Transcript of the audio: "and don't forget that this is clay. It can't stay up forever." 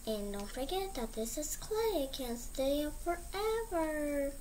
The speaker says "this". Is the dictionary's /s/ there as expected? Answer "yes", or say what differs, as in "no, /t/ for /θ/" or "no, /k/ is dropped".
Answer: yes